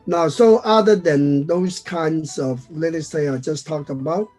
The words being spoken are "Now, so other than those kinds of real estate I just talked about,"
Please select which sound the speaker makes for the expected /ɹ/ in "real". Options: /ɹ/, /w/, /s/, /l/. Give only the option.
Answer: /l/